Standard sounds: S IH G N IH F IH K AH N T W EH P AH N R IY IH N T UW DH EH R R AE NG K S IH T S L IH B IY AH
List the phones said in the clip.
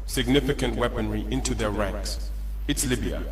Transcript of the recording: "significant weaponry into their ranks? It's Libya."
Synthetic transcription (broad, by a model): S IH G N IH F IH K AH N T W EH P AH N R IY IH N T UW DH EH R R AE NG K S IH T S L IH B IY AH